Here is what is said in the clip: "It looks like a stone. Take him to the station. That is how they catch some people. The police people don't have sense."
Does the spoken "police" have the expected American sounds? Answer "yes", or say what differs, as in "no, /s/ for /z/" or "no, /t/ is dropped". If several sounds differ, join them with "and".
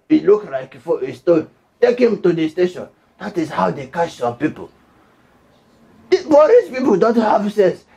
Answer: no, /b/ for /p/